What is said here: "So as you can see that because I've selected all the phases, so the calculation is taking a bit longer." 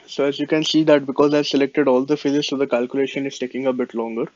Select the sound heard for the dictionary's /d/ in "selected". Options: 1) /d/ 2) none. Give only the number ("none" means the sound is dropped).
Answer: 1